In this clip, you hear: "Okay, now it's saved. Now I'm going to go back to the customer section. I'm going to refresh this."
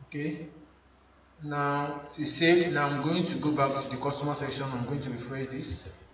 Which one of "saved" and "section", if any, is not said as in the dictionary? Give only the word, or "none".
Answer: saved